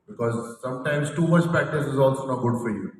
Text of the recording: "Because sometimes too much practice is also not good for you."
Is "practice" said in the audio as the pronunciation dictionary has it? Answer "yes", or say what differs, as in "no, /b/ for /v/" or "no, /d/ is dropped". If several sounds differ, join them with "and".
no, /ɹ/ is dropped